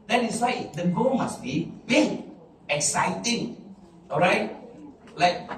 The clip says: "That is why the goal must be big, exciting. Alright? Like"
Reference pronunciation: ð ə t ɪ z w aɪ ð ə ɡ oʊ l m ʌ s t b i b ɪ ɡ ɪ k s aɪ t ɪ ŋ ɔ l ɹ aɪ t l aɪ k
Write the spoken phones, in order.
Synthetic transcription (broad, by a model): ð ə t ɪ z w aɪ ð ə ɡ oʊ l m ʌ s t b i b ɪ ɪ k s aɪ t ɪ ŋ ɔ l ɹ aɪ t l aɪ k